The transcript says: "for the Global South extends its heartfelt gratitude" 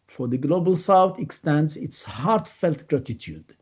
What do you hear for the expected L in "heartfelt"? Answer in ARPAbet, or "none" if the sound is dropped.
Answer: L